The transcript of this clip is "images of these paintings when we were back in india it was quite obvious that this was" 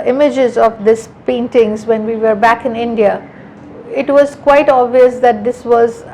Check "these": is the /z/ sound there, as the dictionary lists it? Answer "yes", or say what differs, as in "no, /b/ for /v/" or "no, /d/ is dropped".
no, /s/ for /z/